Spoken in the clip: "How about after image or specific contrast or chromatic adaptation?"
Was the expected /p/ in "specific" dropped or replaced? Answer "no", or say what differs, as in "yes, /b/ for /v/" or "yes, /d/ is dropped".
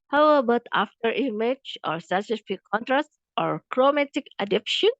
yes, /p/ is dropped